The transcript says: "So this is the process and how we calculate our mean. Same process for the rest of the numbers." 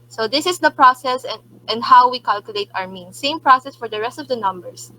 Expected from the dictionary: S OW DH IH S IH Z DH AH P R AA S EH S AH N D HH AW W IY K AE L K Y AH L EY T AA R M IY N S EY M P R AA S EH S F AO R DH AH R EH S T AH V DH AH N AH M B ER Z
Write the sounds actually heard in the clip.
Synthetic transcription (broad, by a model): S OW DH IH S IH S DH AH P R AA S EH S AH N D HH AW W IY K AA L K Y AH L EY T AA R M IY N S EY M P R AA S EH S F AO R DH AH R EH S T AH V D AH N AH M B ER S